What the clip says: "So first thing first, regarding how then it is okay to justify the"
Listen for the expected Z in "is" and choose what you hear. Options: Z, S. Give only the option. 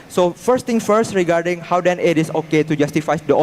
S